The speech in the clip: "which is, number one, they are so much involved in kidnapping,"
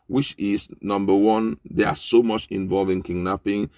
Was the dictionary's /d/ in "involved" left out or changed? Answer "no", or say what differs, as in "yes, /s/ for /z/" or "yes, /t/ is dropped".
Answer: yes, /d/ is dropped